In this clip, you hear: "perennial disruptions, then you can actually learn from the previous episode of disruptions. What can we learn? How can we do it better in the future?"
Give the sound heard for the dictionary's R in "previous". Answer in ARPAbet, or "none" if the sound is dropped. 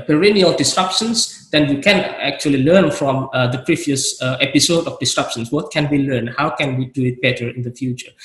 R